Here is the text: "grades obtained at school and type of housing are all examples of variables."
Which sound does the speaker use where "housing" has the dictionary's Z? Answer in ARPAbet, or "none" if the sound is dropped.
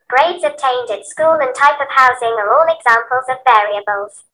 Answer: Z